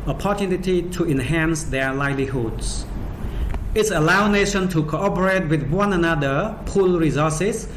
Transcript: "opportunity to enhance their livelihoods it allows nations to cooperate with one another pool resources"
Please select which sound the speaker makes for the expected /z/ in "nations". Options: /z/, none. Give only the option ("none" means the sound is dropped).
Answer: none